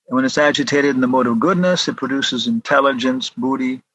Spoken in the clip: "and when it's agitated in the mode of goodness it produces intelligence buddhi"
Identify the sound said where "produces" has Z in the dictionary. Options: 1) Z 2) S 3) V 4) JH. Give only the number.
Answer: 1